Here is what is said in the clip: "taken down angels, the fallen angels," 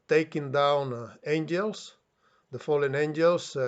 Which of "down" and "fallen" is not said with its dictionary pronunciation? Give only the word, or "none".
none